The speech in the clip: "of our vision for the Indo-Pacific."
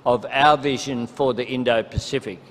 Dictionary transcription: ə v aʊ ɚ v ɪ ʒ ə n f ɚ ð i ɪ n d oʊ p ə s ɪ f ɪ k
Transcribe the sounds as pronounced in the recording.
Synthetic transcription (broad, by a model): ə v aʊ ɚ v ɪ ʒ ə n f ɚ ð i ɪ n d oʊ p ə s ɪ f ɪ k